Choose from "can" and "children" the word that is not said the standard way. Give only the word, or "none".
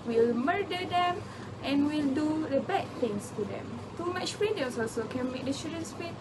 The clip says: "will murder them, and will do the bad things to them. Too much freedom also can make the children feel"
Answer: children